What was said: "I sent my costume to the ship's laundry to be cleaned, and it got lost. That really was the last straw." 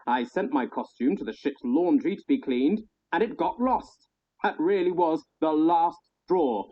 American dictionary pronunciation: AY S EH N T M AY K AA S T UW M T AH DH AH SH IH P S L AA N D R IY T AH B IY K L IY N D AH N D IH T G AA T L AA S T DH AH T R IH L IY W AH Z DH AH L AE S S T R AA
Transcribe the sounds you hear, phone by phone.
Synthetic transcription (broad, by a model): AY S EH N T M AY K AA S T UW M T AH DH AH SH IH P S L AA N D R IY T AH B IY K L IY N D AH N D IH T G AA T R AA S T DH AH T R IH L IY W AH Z DH AH L AE S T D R AA